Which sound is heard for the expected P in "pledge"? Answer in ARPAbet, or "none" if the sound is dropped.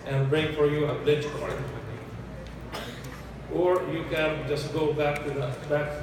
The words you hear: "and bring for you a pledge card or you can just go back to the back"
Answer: B